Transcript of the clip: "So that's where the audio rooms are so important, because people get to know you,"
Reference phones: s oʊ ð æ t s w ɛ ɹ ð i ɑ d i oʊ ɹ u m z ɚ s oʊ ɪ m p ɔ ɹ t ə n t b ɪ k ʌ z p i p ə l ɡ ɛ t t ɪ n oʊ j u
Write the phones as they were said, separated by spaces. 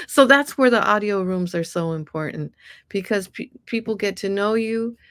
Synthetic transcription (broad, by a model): s oʊ ð æ t s w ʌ ɹ ð i ɑ d i oʊ ɹ u m z ɚ s oʊ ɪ m p ɔ ɹ t n t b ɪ k ʌ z p i p l ɡ ɛ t t ɪ n oʊ j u